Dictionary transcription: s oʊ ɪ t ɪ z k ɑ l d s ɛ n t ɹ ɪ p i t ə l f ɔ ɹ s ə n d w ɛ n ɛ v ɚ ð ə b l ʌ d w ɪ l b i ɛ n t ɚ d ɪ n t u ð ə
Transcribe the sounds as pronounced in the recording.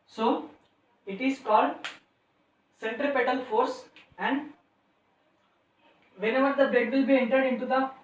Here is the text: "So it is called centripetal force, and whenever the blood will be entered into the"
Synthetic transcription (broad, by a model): s oʊ ɪ t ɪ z k ɑ l d s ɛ n t ɹ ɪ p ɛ t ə l f ɔ ɹ s ə n d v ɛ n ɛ v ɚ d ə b ɛ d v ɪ l b i ɛ n t ɚ d ɪ n t u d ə